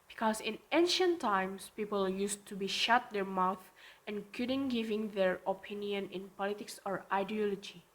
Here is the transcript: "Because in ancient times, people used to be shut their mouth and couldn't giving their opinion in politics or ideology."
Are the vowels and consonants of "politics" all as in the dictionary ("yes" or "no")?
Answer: yes